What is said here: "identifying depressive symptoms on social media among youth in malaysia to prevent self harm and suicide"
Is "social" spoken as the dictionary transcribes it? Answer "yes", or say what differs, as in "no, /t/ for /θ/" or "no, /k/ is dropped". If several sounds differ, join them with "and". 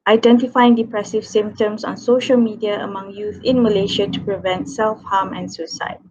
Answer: yes